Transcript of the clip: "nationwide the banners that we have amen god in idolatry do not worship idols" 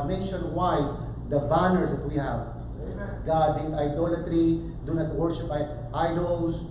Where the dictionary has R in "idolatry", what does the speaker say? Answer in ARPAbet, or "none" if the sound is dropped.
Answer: R